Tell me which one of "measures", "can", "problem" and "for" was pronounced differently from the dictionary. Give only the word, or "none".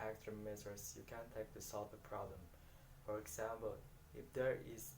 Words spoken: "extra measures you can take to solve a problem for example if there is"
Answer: measures